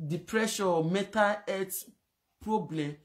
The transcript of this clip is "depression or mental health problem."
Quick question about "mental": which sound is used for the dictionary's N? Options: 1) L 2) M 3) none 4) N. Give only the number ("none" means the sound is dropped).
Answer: 3